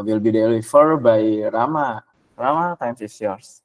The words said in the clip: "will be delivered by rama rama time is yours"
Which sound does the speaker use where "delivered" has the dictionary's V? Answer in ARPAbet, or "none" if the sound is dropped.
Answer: F